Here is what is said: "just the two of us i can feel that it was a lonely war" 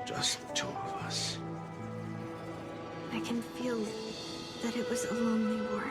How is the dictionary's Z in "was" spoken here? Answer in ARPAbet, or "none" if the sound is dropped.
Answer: Z